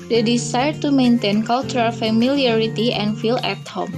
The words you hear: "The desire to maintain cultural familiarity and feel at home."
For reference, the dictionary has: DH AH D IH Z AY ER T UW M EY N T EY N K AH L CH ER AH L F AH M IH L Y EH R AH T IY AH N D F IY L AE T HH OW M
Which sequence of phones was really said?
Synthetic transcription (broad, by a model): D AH D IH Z AY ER T UW M EY N T EY N K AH L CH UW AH L F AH M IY L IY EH R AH T IY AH N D F IY L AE T HH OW M